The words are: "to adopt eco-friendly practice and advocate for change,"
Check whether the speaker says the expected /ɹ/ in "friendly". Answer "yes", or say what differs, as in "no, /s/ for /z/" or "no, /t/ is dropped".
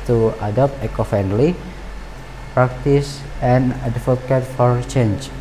no, /ɹ/ is dropped